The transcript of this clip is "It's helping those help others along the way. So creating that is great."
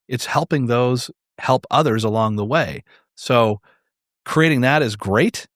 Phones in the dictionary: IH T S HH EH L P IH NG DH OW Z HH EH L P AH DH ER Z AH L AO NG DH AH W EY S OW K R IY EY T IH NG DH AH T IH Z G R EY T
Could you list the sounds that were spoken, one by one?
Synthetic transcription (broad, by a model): IH T S HH EH L P IH NG DH OW Z HH EH L P AH DH ER Z AH L AO NG DH AH W EY S OW K R IY EY T IH NG DH AH T IH Z G R EY T